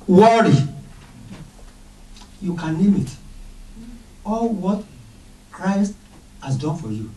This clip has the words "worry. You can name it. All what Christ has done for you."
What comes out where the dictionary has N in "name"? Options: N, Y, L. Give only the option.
L